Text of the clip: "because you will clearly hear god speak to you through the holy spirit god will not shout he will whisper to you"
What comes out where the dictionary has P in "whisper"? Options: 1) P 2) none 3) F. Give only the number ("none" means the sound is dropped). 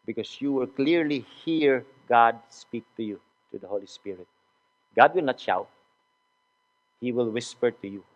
1